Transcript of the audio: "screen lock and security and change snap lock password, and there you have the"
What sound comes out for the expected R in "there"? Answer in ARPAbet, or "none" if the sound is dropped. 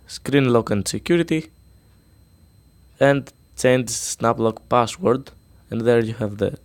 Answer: R